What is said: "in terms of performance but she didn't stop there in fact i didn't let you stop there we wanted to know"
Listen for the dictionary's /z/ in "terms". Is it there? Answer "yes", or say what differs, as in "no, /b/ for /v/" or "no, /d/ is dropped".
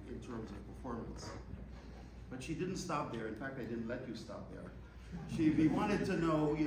yes